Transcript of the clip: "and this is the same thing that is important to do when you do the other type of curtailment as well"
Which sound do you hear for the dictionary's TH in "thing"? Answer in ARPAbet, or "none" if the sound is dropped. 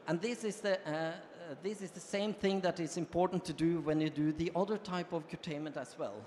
TH